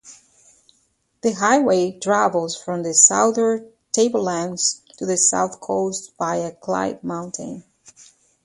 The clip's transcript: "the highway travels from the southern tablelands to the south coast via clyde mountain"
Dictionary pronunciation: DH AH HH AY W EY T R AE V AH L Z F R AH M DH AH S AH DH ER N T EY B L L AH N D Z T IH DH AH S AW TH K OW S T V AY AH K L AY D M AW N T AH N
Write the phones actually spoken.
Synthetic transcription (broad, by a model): DH AH HH AY W EY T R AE V L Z F R AH M DH AH S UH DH ER T EY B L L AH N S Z T IH DH AH S AW TH K OW S T B AY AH K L AY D M AW N T AH N